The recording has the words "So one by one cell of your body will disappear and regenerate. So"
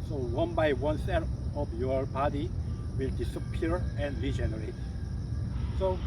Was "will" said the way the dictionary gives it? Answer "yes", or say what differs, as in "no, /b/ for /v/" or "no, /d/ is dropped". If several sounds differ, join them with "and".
yes